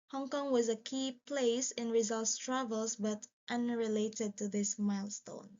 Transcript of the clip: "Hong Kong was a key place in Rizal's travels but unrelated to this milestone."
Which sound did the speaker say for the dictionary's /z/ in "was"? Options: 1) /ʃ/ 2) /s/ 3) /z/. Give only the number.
3